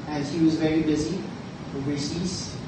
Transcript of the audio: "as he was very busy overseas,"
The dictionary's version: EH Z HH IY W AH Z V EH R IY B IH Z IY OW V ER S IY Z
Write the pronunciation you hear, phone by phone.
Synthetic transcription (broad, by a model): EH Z HH IY W AH Z V EH R IY B IH Z IY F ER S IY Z